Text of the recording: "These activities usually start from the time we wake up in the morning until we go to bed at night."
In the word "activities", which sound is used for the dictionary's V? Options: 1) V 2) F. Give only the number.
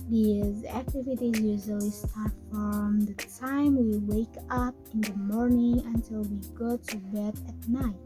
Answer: 1